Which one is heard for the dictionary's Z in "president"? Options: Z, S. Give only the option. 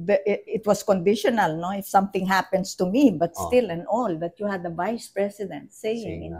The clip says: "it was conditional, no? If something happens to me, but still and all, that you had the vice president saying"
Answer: S